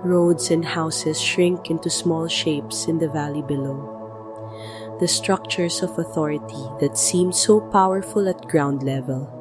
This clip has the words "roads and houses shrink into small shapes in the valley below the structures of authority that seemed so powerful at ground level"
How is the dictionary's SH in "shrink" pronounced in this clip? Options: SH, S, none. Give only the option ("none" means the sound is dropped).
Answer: SH